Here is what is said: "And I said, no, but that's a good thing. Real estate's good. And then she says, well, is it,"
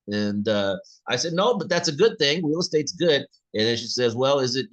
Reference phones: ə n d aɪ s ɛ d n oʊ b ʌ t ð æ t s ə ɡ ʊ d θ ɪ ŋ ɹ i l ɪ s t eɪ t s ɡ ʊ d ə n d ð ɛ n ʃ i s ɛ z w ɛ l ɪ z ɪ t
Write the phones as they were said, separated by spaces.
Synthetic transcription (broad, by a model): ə n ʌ aɪ s ɛ d n oʊ b ʌ t ð æ t s ə ɡ ʊ d θ ɪ ŋ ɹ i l s t eɪ t s ɡ ʊ d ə n ð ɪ n ʃ i s ɛ z w ɛ l ɪ z ɪ t